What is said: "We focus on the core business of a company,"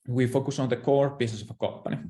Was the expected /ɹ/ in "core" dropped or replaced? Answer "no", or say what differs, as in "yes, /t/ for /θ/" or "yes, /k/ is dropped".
no